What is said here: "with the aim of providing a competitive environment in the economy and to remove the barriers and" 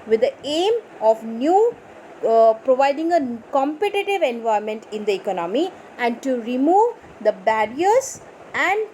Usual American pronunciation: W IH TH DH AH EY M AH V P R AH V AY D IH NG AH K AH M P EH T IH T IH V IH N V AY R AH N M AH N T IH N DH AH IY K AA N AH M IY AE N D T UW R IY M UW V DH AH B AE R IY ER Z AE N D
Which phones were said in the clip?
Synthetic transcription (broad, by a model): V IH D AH EY M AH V P R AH V AY D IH NG AH K AH M P EH T IH T IH V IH N V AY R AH M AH N T IH N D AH IY K AA N AH M IY AE N D T UW R IY M UW V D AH B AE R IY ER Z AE N D